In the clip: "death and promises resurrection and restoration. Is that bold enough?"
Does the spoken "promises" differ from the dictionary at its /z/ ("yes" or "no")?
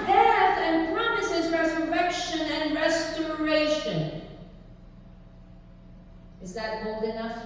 no